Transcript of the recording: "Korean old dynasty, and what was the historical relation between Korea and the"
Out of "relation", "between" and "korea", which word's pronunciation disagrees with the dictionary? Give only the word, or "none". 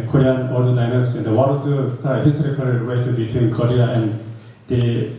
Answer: relation